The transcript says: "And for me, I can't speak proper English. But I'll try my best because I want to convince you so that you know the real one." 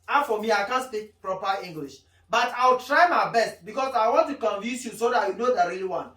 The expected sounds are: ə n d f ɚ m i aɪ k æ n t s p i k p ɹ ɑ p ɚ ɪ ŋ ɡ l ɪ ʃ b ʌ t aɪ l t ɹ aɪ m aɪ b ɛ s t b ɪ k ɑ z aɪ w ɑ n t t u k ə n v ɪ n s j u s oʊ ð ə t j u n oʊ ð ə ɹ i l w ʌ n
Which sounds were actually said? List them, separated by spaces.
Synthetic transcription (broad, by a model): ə f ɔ m i aɪ k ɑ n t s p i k p ɹ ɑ p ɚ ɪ ŋ ɡ l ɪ ʃ b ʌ t aɪ w t ɹ aɪ m aɪ b ɛ s t b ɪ k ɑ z aɪ w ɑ n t t u k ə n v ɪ n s j u s oʊ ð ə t j u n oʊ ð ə ɹ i l w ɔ n